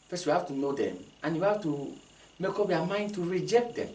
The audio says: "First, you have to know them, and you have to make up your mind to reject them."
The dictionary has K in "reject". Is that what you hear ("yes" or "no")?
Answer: yes